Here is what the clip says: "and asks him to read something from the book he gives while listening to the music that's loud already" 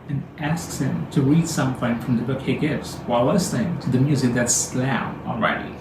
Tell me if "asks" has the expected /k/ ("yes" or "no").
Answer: yes